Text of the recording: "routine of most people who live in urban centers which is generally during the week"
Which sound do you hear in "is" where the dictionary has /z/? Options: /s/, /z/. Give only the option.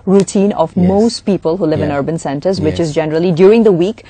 /z/